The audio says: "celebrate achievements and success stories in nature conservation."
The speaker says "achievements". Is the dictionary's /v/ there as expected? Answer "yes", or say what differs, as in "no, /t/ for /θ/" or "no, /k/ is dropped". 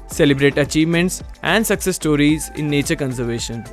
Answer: yes